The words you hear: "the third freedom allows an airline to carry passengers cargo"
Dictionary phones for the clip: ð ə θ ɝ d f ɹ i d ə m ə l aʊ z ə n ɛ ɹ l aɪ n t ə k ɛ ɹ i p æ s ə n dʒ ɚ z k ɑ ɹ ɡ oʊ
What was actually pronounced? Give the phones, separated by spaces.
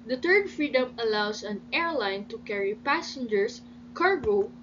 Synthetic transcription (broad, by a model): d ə t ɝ d f ɹ i d ə m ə l aʊ s ə n ɛ ɹ l aɪ n t ə k ɛ ɹ i p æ s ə n dʒ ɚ s k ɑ ɹ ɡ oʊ